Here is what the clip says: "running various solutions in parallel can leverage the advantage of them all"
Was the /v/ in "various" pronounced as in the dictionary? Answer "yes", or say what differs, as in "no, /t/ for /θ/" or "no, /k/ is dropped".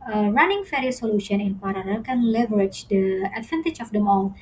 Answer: no, /f/ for /v/